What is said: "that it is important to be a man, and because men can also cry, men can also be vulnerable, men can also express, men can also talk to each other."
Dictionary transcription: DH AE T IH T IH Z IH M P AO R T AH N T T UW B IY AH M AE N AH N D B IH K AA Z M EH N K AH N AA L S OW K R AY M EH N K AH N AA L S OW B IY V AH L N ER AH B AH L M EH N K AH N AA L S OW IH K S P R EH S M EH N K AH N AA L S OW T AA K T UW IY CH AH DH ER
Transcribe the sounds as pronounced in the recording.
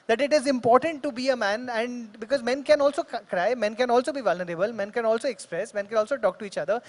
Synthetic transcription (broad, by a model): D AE T IH T IH Z IH M P AO R T AH N T T UW B IY AH M AE N AH N D B IH K AA Z M EH N K AH N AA L S OW K R AY M EH N K AH N AA L S OW B IY V AH L N ER AH B AH L M EH N K AH N AA L S OW IH K S P R EH S M EH N K AH N AA L S OW T AA K T UW IY CH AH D ER